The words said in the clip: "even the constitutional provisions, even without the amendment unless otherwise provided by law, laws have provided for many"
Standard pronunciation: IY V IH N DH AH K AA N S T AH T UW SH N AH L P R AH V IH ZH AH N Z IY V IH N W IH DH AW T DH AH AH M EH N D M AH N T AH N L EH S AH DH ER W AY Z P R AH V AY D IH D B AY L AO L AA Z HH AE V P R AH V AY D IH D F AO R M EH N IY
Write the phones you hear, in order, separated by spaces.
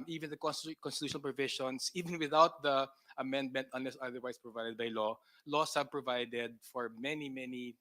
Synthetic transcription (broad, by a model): IY V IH N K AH K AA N S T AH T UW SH AH N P R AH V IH SH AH N S IY V IH N W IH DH AW T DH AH AH M EH N D M AH N T AH N L EH S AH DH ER W AY S P R AH V AY D IH D B AY L AO L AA S HH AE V P R AH V AY D IH D F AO R M EH N IY